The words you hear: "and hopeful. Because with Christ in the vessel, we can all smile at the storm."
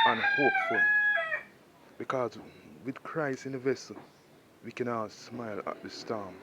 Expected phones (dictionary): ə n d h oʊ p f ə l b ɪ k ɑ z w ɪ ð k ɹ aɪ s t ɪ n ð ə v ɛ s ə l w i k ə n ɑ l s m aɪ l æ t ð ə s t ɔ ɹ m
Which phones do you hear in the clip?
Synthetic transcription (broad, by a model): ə n h oʊ p f ə l b ɪ k ɑ z w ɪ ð k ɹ aɪ s ɪ n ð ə v ɛ s ə l w i k ə n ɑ s m aɪ l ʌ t ð ə s t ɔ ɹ m